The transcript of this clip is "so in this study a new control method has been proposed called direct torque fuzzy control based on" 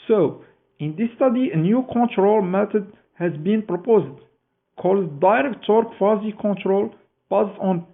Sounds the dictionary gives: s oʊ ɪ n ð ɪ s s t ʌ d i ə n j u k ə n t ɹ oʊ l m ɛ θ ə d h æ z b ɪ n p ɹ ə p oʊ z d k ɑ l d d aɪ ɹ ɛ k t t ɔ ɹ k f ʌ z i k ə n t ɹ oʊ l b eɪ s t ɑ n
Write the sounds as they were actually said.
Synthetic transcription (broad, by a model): s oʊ ɪ n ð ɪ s s t ʌ d i ə n j u k ə n t ɹ oʊ l m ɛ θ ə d h æ z b ɪ n p ɹ ə p oʊ z d k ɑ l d d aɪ ɹ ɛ k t t ɔ ɹ k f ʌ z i k ə n t ɹ oʊ l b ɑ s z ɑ n